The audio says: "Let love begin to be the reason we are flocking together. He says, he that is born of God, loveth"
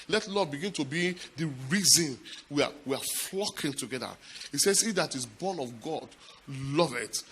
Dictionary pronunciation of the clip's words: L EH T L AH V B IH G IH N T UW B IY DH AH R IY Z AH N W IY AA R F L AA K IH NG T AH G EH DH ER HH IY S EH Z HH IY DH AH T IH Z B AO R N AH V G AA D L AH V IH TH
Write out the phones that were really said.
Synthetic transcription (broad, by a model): L EH T L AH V B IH G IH N T UW B IY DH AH R IY Z AH N W IY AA W F L AA K IH NG T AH G EH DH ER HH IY S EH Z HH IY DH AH T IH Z B AO N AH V G AA D L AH V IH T